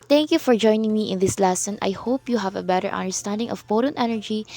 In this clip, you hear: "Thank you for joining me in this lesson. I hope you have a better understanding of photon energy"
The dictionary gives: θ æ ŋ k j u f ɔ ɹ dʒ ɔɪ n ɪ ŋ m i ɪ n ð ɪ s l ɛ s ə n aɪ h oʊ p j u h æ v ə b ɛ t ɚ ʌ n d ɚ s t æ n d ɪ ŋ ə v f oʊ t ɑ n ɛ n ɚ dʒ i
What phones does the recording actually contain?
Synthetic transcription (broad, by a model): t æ ŋ k j u f ɔ ɹ dʒ ɔɪ n ɪ ŋ m i ɪ n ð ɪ s l ɛ s ə n aɪ h oʊ p j u h æ v ə b ɛ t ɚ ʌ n d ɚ s t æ n d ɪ ŋ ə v p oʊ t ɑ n ɛ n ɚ dʒ i